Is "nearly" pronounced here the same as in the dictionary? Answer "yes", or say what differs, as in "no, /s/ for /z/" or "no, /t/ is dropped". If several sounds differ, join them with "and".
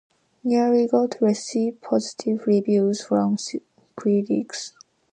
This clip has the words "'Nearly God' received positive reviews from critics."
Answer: no, /l/ is dropped